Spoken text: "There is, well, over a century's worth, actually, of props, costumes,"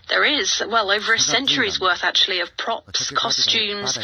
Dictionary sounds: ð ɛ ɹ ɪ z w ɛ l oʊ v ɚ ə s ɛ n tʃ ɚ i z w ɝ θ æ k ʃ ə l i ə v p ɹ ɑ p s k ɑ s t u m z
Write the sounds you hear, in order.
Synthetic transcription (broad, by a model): ð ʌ ɹ ɪ z w ɛ l oʊ v ɚ ə s ɛ n tʃ ɚ i z w ɝ θ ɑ k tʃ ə l i ə v p ɹ ɑ p s k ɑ s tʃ u m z